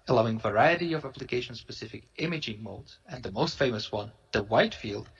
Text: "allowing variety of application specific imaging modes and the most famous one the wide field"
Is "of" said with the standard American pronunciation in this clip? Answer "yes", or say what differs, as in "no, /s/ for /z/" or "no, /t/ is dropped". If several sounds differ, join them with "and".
yes